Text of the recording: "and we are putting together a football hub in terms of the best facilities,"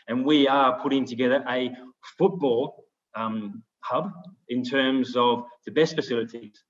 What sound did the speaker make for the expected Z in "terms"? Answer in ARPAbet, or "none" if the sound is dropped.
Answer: Z